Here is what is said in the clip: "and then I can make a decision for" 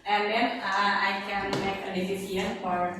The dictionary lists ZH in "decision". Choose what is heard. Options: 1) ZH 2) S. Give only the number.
2